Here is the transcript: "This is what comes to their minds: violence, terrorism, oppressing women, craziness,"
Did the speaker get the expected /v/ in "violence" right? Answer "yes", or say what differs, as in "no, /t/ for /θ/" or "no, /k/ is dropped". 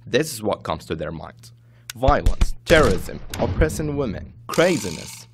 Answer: yes